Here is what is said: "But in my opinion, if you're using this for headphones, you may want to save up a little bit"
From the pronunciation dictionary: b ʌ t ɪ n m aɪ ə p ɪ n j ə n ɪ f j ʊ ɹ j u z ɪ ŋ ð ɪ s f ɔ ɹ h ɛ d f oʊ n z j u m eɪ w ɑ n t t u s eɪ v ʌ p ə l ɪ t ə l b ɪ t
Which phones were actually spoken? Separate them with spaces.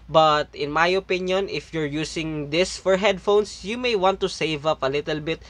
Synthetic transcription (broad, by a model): b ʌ t ɪ n m aɪ ə p ɪ n j ə n ɪ f j ʊ ɹ j u s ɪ ŋ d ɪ s f ɔ ɹ h ɛ d f oʊ n s j u m eɪ w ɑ n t t u s eɪ v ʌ p ə l ɪ t ə l b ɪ t